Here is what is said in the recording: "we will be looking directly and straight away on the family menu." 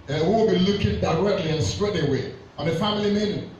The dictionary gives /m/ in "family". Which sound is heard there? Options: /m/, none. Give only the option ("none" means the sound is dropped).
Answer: /m/